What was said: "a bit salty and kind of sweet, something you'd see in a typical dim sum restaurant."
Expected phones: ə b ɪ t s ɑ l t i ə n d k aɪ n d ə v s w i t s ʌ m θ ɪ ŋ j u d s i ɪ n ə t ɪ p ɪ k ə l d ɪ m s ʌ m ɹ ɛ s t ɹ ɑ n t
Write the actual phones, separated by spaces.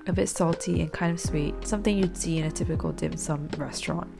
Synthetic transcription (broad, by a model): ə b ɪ t s ɑ l t i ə n k aɪ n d ə v s w i t s ʌ m θ ɪ ŋ j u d s i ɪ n ə t ɪ p ɪ k ə l d ɪ m s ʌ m ɹ ɛ s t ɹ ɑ n t